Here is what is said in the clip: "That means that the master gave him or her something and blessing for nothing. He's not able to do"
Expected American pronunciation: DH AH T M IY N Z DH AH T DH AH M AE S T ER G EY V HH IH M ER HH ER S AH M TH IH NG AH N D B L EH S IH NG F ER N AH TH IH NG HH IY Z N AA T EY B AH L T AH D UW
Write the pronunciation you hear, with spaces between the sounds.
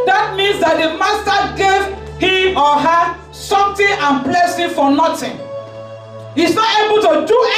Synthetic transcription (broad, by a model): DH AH T M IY N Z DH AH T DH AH M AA S T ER G EY V HH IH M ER HH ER S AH M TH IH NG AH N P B L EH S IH F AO N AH T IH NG HH IY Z N AA T EY B AH L T AH D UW